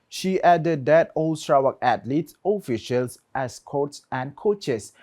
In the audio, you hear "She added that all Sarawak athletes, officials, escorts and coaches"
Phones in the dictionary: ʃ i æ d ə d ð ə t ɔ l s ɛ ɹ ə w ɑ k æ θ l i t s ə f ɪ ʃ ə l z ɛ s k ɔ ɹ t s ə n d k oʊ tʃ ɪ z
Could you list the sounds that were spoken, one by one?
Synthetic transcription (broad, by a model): ʃ i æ d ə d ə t ɔ l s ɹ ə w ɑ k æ t l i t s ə f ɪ ʃ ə l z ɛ s k ɔ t s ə n k oʊ tʃ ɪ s